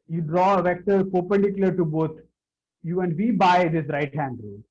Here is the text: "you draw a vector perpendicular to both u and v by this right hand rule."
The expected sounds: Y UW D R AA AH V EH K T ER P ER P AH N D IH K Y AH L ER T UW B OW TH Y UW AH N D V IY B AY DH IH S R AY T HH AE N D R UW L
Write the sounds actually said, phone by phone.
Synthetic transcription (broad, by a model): Y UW D R AA AH V EH K T ER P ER P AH N D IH K Y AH L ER T UW B OW T Y UW AH N D V IY B AY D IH S R AY T HH AE N D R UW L